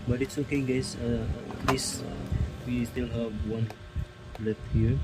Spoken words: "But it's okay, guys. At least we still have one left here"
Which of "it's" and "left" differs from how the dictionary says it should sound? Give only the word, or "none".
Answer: left